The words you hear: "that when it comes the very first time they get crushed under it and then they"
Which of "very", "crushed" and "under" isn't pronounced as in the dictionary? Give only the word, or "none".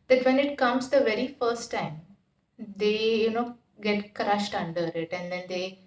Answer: none